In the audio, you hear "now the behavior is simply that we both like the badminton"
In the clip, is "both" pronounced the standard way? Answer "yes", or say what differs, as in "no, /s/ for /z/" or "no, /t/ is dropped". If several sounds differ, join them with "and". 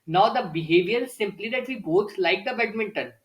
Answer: no, /s/ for /θ/